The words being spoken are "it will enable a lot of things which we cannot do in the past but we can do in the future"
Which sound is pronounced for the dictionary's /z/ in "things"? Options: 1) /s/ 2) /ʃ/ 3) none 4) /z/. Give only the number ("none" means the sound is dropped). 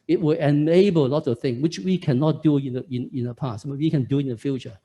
3